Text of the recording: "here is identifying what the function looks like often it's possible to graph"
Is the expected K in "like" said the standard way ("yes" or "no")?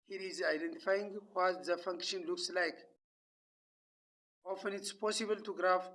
yes